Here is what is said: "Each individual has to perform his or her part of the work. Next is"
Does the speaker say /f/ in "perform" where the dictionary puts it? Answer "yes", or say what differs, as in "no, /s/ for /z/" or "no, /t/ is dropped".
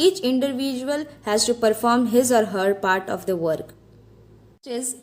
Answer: yes